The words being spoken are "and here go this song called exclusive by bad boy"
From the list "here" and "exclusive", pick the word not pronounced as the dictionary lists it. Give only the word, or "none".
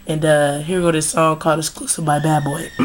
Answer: exclusive